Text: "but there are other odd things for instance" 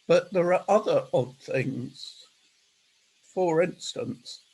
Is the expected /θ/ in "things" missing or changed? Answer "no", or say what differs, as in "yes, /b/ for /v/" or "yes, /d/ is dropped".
no